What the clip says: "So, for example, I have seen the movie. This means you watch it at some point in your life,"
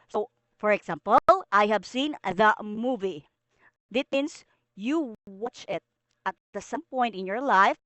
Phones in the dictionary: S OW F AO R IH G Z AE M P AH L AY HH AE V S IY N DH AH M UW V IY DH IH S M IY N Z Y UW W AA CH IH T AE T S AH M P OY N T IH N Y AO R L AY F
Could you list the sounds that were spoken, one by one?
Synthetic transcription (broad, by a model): S OW F AO R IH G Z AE M P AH L AY HH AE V S IY N DH AH M UW V IY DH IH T M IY N S Y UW W AA CH IH T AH T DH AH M P OY N T IH N Y AO R L AY F